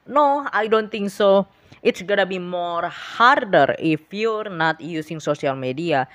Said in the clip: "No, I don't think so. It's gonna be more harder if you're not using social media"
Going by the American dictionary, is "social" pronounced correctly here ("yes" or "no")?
no